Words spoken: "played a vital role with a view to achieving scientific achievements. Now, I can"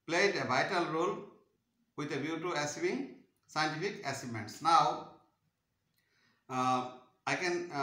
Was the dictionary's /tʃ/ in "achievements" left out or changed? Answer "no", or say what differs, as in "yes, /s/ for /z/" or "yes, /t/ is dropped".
yes, /s/ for /tʃ/